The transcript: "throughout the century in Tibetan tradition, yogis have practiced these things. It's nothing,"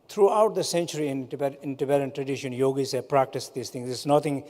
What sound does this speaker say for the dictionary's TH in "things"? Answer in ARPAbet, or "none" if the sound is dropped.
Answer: T